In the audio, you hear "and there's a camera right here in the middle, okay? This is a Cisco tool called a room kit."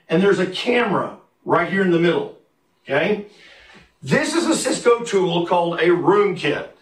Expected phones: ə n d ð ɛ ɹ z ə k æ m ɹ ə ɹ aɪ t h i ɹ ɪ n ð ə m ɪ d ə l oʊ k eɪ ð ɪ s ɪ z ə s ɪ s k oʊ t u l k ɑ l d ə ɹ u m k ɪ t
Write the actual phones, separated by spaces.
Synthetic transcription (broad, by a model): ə n ð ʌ ɹ z ə k æ m ɹ ə ɹ aɪ t h i ɹ ɪ n ð ə m ɪ d l oʊ k eɪ ð ɪ s ɪ z ə s ɪ s k oʊ t u l k ɑ l d ə ɹ u m k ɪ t